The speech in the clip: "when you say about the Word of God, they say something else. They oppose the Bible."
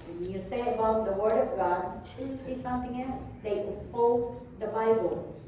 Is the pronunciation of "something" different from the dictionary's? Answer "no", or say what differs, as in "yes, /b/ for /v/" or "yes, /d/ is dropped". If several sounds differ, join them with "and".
no